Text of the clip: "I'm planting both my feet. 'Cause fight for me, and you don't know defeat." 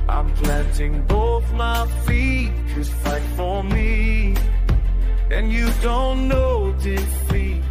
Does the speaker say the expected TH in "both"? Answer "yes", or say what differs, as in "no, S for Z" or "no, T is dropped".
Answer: yes